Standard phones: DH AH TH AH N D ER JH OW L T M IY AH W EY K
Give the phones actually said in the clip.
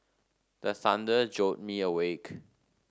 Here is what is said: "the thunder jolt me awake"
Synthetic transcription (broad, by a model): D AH S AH N D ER JH OW T M IY AH W EY K